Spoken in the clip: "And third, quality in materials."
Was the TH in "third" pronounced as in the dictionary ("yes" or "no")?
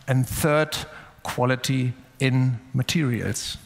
yes